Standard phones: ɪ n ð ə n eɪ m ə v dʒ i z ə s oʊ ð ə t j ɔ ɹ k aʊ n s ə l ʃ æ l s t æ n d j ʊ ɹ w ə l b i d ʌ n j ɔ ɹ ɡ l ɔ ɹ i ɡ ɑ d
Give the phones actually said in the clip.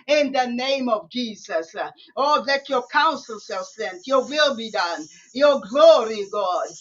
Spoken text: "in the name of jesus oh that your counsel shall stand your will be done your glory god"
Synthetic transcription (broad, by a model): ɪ n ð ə n eɪ m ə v dʒ i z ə s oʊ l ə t j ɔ k aʊ n s ə l s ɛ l s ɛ n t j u w ə l b i d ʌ n j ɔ ɡ l ɔ ɹ i ɡ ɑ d